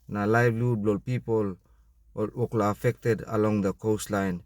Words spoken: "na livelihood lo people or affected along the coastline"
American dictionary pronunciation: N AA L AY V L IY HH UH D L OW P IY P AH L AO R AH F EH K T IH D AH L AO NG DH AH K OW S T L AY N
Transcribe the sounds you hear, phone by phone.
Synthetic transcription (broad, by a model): N AA L AY B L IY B L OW P IY P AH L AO L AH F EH K T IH D AH L AO NG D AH K OW S T L AY N